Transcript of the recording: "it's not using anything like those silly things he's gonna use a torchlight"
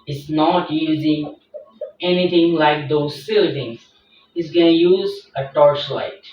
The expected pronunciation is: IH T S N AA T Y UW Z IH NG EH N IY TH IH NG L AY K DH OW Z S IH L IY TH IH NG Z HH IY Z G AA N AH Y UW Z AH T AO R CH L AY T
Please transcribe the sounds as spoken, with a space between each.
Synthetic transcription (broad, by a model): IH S N AA T Y UW Z IH NG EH N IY T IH NG L AY K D OW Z S IH L IY T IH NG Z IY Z G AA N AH Y UW Z AH T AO R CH L AY T